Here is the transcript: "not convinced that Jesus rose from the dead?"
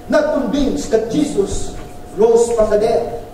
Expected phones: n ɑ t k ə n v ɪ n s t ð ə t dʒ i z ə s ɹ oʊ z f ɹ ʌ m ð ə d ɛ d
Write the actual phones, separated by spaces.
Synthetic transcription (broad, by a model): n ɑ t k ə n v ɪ n s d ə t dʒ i s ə s ɹ oʊ s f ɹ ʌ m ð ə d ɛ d